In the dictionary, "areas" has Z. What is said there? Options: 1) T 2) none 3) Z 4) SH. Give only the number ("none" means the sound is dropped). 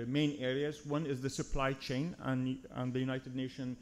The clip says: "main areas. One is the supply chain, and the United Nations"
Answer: 3